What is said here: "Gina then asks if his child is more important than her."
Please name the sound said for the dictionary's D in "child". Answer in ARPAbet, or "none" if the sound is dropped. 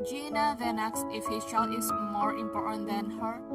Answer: none